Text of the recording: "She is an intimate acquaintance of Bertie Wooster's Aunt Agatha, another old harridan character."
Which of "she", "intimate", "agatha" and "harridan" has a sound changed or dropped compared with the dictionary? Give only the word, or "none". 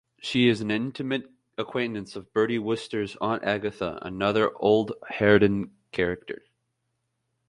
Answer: none